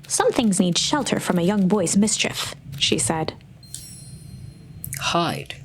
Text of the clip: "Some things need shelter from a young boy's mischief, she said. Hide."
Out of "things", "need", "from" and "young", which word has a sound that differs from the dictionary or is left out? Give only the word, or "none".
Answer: none